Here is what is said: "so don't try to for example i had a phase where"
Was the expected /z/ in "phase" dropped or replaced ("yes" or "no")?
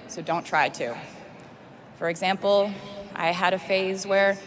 no